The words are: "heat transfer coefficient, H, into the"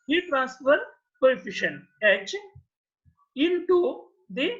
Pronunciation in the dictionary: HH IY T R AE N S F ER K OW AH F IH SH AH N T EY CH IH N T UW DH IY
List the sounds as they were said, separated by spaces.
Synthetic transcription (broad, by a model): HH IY T R AE N S F ER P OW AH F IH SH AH N EY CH IH N T UW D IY